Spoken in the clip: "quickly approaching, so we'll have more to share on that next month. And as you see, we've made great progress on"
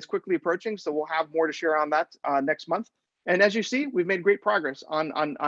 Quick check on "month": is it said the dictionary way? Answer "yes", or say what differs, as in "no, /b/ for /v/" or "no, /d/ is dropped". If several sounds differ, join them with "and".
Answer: yes